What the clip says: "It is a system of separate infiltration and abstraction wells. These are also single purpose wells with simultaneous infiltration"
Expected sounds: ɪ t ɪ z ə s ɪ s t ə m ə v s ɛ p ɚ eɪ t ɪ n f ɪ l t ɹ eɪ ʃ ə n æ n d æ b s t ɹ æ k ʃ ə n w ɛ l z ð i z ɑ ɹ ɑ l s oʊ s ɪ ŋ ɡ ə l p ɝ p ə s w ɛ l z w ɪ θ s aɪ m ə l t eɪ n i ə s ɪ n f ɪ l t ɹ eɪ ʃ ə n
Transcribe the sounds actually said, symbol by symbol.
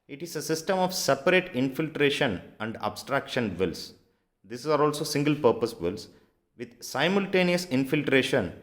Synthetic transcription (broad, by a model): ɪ t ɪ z ə s ɪ s t ə m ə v s ɛ p ɚ eɪ t ɪ n f ɪ l t ɹ eɪ ʃ ə n æ n d æ b s t ɹ æ k ʃ ə n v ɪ l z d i s ɑ ɹ ɑ l s oʊ s ɪ ŋ ɡ ə l p ɝ p ə s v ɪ l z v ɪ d s aɪ m ə l t eɪ n i ə s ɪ n f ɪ l t ɹ eɪ ʃ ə n